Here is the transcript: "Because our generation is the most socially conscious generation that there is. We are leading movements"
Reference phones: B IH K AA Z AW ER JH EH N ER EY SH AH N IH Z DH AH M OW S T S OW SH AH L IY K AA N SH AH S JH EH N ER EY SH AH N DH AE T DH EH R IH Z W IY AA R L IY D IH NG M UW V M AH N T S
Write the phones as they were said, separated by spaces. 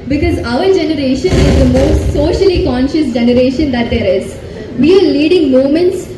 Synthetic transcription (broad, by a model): B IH K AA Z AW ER JH EH N ER EY SH AH N IH Z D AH M OW S T S OW SH AH L IY K AA N SH AH S JH EH N ER EY SH AH N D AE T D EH R IH Z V IY AA R L IY D IH NG M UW M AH N T S